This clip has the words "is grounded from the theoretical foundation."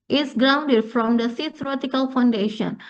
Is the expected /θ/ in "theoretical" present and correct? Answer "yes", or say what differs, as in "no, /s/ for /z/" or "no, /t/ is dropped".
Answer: no, /s/ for /θ/